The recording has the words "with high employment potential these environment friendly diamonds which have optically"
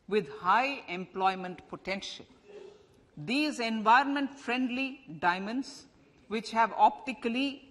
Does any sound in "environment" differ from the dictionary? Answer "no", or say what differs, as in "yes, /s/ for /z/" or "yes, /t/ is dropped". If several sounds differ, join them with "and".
no